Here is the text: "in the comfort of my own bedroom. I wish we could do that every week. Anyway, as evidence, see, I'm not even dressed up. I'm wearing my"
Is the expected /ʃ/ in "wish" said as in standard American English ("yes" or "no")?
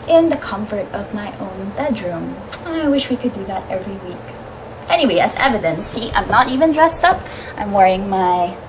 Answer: yes